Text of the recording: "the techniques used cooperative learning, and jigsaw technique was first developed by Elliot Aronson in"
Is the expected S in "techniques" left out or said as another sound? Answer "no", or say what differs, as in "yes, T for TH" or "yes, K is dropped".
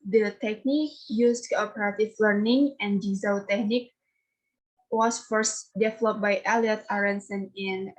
yes, S is dropped